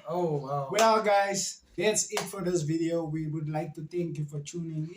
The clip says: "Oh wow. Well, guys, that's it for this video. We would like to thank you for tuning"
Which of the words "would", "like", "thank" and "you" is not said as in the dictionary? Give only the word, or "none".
thank